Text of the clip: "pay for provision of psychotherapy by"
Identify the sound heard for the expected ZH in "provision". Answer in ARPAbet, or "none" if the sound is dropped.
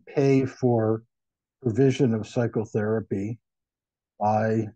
ZH